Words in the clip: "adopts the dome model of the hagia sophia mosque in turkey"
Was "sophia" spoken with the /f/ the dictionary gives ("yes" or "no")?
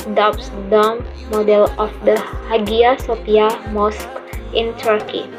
no